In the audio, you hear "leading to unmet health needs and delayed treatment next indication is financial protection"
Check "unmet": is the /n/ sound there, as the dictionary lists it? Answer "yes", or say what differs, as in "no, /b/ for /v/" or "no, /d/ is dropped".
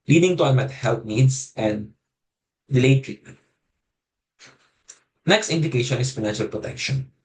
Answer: no, /n/ is dropped